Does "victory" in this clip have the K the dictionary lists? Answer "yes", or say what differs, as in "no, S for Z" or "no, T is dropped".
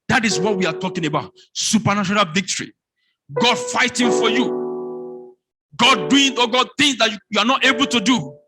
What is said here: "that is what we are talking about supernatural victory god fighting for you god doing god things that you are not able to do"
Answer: yes